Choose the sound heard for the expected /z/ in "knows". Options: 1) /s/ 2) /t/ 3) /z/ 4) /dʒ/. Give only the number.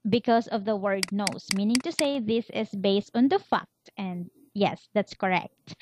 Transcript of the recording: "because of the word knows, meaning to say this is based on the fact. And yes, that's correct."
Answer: 1